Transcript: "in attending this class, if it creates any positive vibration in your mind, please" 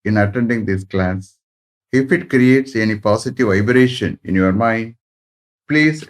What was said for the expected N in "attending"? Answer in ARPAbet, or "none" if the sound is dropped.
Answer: N